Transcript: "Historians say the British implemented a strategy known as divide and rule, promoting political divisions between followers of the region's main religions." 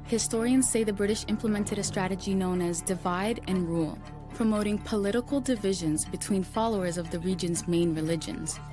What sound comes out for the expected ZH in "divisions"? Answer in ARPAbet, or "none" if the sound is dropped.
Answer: ZH